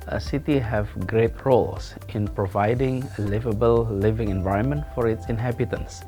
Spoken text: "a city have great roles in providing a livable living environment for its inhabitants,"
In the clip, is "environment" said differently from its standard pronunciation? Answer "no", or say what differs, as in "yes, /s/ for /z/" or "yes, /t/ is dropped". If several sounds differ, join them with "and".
no